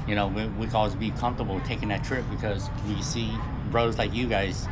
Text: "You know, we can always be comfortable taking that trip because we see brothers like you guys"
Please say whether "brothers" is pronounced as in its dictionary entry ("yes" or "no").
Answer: no